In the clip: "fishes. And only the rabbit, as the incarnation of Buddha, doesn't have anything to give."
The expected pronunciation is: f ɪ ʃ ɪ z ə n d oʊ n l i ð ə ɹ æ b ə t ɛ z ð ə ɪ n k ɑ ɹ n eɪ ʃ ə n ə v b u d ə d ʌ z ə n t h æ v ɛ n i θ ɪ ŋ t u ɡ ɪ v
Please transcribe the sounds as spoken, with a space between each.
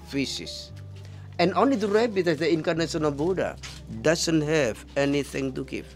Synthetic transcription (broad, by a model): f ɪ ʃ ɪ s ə n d oʊ n l i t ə ɹ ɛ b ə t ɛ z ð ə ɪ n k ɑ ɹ n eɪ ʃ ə n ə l b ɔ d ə d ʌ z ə n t h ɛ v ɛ n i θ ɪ ŋ t u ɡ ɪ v